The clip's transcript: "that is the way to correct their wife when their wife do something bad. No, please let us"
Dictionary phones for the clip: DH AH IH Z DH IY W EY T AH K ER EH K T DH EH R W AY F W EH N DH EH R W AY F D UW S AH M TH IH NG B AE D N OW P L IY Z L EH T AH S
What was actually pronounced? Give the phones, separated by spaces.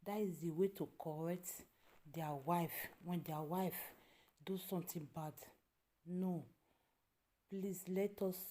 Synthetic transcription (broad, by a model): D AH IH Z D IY W EY T AH K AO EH K T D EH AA W AY F W EH N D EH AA W AY F D UW S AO M T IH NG B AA D N OW P L IY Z L EH T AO S